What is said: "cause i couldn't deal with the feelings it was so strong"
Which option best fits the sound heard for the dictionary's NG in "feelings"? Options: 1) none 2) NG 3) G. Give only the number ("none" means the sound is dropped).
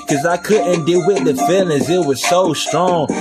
1